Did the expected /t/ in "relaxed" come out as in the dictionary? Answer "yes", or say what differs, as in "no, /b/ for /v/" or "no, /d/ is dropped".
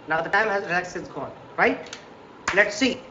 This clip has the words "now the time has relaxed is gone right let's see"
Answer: no, /t/ is dropped